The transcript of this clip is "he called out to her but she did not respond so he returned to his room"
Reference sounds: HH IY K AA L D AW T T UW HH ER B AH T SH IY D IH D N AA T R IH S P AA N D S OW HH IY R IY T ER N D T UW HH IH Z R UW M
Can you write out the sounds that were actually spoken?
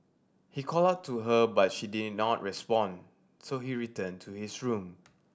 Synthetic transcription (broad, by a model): HH IY K AA L AW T T UW HH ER B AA T SH IY D IH D N AA T R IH S P AA N S OW HH IY R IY T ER N T UW HH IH S R UW M